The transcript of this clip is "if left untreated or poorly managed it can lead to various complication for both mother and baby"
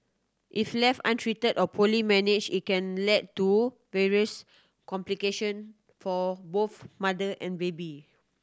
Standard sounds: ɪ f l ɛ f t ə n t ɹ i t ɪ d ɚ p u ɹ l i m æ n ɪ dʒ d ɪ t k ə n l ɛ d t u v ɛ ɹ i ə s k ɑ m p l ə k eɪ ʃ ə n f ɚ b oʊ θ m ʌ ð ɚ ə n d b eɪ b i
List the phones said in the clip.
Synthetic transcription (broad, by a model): ɪ f l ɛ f ə n t ɹ i t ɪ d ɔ p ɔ l i m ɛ n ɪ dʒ ɪ t k ə n l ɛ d t u v ɛ ɹ i ə s k ɑ m p l ə k eɪ ʃ ə n f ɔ b oʊ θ m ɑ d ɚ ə n b eɪ b i